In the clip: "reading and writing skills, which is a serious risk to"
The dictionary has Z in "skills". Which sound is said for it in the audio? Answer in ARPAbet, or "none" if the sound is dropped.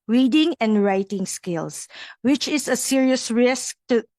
S